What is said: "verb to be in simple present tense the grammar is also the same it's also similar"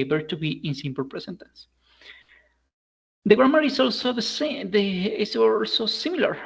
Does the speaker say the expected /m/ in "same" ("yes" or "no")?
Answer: no